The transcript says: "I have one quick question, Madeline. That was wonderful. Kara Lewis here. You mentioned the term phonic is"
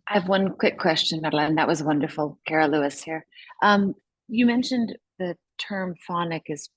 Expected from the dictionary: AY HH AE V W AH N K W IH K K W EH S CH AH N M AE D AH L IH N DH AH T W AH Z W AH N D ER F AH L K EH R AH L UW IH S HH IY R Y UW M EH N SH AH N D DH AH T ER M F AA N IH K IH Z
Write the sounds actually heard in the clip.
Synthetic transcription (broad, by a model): AY V W AH N K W IH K K W EH S CH AH N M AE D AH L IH N DH AH T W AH Z W AH N D ER F L K EH R AH L UW IH S HH IY R Y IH M EH N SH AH N DH AH T ER M F AA N IH K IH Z